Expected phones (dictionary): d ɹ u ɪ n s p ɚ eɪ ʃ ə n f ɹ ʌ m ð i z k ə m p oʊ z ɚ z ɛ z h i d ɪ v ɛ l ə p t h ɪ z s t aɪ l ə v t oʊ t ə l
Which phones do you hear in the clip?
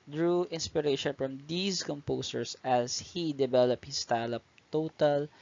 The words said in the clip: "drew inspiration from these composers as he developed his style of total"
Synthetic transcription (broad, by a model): d ɹ u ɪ n s p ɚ eɪ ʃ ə n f ɹ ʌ m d i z k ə m p oʊ s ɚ s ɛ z h i d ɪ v ɛ l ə p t h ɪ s t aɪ l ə p t oʊ t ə l